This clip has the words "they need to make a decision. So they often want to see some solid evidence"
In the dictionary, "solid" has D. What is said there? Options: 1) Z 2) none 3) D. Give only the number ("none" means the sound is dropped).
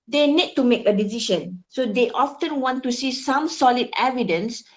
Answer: 3